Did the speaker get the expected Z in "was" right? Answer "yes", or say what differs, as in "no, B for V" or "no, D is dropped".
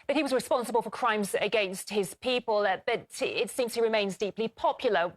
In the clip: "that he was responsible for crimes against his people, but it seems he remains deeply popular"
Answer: yes